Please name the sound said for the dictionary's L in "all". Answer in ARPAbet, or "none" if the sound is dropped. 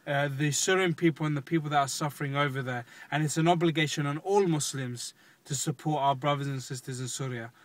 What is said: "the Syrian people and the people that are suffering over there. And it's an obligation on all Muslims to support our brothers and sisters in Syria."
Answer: L